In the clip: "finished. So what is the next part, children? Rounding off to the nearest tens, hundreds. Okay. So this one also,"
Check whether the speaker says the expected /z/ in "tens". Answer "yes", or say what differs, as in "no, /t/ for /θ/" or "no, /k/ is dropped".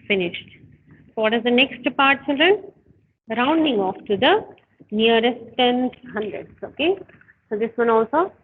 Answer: no, /z/ is dropped